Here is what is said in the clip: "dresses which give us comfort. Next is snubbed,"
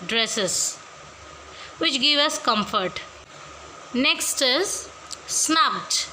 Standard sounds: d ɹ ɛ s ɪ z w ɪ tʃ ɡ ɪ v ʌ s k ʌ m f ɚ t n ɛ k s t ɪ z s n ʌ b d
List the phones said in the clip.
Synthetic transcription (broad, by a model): d ɹ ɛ s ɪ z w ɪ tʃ ɡ ɪ v ʌ s k ʌ m f ɚ t n ɛ k s t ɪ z s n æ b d